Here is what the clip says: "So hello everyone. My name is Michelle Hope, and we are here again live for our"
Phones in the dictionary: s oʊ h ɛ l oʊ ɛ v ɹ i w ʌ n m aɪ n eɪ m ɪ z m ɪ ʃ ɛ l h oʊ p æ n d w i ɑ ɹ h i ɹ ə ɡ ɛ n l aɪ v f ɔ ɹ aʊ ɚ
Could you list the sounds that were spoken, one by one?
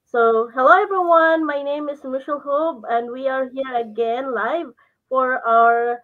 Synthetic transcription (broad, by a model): s oʊ h ɛ l oʊ ɛ v ɹ i w ʌ n m aɪ n eɪ m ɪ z m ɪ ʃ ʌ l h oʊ b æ n d w i ɑ ɹ h i ɹ ə ɡ ɛ n l aɪ v f ɔ ɹ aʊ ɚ